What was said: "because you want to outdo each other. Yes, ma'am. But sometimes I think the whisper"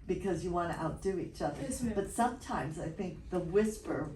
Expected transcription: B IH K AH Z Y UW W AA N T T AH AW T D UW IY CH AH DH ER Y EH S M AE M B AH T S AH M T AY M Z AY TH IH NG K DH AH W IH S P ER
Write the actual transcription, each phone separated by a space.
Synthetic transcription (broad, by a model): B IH K AH Z Y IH W AA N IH T AH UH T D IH IY CH AH DH ER B AH T S AH M T AY M Z AY TH IH NG K DH AH W IH S P ER